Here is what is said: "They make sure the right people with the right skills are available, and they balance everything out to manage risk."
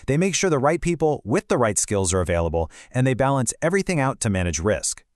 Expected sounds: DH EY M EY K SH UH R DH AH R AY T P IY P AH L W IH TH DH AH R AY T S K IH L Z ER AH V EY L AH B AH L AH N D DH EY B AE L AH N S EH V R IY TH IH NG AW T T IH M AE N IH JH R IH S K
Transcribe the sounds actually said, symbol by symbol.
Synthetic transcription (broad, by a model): DH EY M EY K SH UH R DH AH R AY T P IY P L W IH DH AH R AY T S K IH L Z ER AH V EY L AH B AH L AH N DH EY B AE L AH N S EH V R IY TH IH NG AW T T IH M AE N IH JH R IH S K